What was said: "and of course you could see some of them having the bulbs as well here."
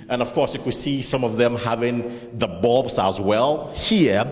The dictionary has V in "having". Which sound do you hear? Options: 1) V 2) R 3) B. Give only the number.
1